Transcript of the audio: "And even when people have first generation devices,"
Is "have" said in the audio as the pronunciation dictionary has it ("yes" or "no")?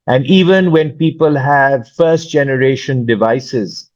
yes